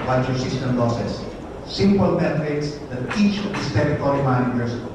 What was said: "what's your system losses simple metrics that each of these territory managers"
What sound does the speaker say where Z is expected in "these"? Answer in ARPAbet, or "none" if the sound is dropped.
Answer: S